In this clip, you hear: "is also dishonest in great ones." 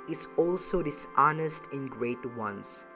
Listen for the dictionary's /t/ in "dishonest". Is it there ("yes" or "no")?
yes